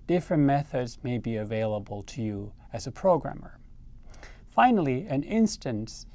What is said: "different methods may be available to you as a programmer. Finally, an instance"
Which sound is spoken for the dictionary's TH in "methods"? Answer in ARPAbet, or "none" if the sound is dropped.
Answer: TH